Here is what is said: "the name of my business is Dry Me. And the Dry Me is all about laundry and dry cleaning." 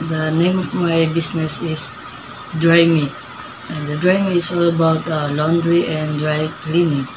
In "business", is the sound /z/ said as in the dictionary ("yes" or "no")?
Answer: no